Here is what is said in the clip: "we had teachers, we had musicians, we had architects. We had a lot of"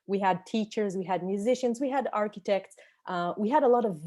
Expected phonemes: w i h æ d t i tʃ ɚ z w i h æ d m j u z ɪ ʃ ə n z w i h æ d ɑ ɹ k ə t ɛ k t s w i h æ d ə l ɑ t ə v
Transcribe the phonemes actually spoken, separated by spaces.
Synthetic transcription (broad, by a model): w i h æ d t i tʃ ɚ z w i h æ d m j u z ɪ ʃ ə n z w i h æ d ɑ ɹ k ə t ɛ k t s w i h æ d ə l ɑ t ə v